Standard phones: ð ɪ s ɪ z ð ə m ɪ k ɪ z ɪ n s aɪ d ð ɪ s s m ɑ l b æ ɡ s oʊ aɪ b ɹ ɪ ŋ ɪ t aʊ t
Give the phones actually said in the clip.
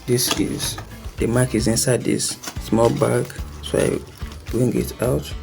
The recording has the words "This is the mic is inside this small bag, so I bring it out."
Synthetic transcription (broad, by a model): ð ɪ s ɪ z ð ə m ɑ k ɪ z ɪ n s aɪ d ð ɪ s s m ɑ l b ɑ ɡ s oʊ aɪ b ɹ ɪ ŋ ɪ t aʊ t